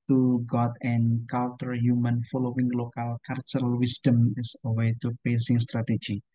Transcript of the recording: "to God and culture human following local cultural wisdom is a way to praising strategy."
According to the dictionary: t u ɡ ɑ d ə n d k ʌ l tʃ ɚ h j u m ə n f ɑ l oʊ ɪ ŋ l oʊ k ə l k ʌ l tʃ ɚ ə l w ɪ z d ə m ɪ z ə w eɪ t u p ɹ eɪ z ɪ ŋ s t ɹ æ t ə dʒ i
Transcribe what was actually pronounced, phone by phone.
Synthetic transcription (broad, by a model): t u ɡ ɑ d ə n k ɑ l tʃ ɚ h j u m ə n f ɑ l oʊ ɪ ŋ l oʊ k ə l k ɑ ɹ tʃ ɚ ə l w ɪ s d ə m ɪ s ə w eɪ t u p eɪ s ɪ ŋ s t ɹ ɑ t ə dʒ i